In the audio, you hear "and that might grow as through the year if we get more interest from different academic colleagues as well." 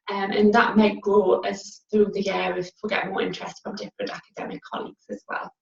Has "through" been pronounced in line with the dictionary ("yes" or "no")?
yes